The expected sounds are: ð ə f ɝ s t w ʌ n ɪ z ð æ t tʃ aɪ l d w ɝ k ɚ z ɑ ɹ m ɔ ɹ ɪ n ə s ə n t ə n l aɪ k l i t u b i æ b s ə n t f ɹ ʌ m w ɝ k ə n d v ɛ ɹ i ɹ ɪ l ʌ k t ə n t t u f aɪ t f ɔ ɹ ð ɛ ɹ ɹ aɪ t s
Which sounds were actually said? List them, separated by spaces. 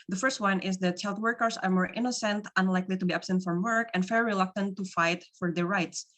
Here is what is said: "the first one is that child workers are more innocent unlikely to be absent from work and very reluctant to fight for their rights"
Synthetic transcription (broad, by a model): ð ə f ɝ s t w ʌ n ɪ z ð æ t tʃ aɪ l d w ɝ k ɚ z ɑ ɹ m ɔ ɹ ɪ n ə s ə n t ə n l aɪ k l i t u b i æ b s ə n t f ɹ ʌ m w ɝ k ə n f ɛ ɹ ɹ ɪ l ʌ k t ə n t t u f aɪ t f ɔ ɹ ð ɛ ɹ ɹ aɪ t s